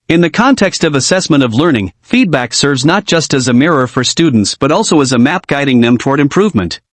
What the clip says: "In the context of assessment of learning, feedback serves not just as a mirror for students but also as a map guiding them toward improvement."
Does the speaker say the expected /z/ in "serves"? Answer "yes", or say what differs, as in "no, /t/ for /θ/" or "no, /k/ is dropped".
yes